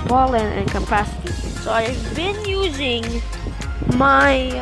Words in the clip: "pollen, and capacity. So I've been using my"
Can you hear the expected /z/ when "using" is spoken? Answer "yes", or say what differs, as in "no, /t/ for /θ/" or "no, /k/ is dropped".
yes